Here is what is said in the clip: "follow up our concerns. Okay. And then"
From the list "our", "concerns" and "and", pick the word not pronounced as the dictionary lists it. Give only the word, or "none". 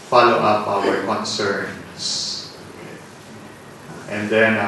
concerns